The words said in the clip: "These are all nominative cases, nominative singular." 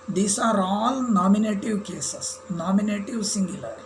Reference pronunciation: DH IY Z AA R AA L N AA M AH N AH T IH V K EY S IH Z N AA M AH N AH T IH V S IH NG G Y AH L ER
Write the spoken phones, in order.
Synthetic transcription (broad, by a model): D IY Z AA R AA L N AA M AH N AH T IH V K EY S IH S N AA M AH N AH T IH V S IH NG G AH L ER